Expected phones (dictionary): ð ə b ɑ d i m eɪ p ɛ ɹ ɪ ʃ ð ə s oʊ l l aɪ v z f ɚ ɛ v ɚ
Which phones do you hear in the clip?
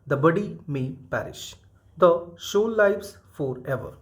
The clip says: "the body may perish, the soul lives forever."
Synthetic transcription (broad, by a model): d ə b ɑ d i m eɪ p ɛ ɹ ɪ ʃ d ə ʃ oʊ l l aɪ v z f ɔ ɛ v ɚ